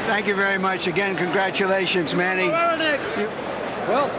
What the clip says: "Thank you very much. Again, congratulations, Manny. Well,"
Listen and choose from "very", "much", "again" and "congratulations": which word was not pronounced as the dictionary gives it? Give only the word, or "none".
none